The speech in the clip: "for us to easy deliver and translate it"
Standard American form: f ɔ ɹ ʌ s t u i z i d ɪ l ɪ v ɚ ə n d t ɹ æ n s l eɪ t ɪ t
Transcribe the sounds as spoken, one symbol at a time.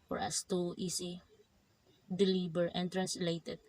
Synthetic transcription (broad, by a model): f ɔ ɹ ʌ s t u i s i d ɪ l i b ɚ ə n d t ɹ æ n s l eɪ t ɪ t